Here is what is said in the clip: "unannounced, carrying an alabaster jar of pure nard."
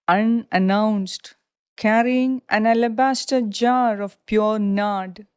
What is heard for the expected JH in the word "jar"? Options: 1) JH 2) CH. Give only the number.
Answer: 1